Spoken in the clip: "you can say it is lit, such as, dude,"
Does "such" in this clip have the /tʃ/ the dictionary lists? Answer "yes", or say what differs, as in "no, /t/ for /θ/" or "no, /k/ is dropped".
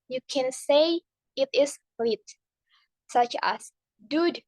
yes